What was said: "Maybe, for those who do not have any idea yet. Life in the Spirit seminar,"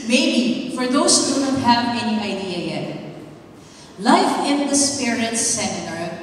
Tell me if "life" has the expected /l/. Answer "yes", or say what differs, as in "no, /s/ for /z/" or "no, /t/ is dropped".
yes